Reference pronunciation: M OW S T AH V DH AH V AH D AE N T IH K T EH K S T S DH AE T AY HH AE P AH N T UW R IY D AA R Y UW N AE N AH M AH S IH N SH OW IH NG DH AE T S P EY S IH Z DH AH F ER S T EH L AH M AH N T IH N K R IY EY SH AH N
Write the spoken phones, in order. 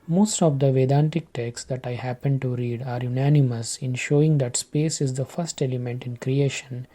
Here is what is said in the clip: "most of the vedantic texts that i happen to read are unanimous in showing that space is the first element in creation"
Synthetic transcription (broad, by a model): M OW S T AH V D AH V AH D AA N T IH K T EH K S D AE T AY HH AE P AH N T UW R IY D AA R Y UW N AE N AH M AH S IH N SH OW IH NG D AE T S P EY S IH Z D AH F ER S T EH L AH M AH N T IH N K R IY EY SH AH N